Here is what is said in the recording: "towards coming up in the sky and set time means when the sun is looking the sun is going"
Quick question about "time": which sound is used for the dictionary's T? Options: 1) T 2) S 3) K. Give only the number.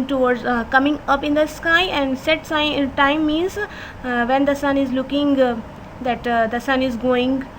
2